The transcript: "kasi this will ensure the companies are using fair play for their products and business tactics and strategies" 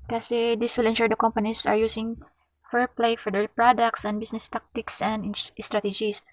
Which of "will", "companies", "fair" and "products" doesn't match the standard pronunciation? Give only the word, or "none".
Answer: companies